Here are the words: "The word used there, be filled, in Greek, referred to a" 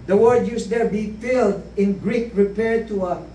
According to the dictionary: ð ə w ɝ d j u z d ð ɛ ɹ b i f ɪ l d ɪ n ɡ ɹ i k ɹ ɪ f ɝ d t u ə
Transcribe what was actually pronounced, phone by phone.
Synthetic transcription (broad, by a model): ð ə w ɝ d j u s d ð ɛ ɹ b i f ɪ l d ɪ n ɡ ɹ i k ɹ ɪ p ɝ d t u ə